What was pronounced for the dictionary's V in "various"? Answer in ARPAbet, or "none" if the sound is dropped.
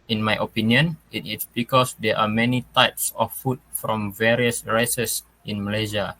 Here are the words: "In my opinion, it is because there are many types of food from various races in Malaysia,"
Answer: V